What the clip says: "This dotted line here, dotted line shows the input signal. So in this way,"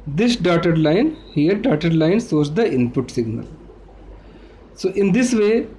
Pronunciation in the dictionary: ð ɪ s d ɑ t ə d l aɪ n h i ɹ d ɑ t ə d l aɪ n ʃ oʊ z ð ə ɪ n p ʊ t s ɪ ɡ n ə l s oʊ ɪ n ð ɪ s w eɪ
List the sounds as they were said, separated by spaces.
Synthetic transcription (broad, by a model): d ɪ s d ɑ t ə d l aɪ n h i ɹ d ɑ t ə d l aɪ n s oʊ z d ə ɪ n p ʊ t s ɪ ɡ n ə l s oʊ ɪ n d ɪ s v eɪ